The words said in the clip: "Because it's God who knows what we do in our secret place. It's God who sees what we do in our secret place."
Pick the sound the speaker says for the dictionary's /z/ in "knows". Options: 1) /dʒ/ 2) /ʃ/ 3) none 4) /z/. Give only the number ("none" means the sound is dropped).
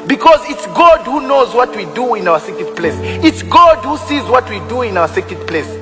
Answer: 4